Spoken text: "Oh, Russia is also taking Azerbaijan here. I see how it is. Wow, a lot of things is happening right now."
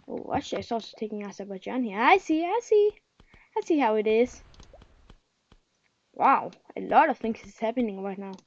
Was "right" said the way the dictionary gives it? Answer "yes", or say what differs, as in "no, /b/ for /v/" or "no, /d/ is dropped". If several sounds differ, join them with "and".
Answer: yes